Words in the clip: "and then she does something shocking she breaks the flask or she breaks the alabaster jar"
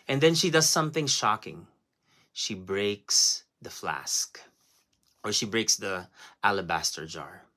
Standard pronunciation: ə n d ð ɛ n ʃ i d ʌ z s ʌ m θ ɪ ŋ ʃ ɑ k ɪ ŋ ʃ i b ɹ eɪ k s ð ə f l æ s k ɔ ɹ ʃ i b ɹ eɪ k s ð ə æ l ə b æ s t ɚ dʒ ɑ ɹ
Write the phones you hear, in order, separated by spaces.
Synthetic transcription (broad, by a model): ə n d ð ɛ n ʃ i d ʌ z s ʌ m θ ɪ ŋ ʃ ɑ k ɪ ŋ ʃ i b ɹ eɪ k s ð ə f l æ s k ɔ ɹ ʃ i b ɹ eɪ k s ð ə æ l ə b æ s t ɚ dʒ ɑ ɹ